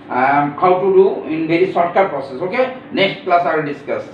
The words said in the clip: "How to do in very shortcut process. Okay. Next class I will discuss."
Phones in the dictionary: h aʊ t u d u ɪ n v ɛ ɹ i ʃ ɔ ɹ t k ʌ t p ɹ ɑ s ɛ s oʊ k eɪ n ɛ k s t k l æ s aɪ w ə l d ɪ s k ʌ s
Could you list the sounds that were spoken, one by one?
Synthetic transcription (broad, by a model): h aʊ t u d u ɪ n b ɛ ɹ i s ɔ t k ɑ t p ɹ ɑ s ɛ s oʊ k eɪ n ɛ k s t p l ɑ s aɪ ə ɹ d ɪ s k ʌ s